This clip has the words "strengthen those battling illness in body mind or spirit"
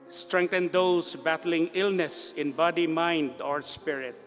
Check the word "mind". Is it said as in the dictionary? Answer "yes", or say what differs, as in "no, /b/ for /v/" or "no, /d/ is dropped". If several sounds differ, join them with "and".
yes